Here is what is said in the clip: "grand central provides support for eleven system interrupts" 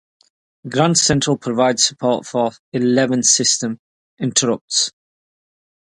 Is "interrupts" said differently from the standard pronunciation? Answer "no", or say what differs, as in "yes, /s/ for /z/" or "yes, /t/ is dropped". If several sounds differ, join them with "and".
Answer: no